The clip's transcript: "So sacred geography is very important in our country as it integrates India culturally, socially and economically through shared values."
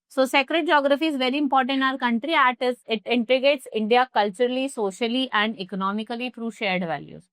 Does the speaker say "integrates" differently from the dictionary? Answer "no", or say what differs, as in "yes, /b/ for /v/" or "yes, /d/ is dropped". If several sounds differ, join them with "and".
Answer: yes, /ɹ/ is dropped